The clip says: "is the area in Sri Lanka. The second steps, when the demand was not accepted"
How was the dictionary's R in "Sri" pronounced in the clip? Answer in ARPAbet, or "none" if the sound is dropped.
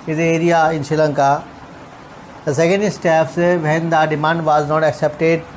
none